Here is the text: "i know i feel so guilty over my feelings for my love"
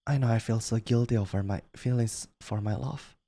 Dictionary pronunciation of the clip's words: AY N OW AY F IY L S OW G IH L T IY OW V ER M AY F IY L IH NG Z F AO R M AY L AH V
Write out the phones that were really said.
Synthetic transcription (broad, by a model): AY N OW AY F IY L S OW G IH L T IY OW V ER M AY F IY L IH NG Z F AO R M AY L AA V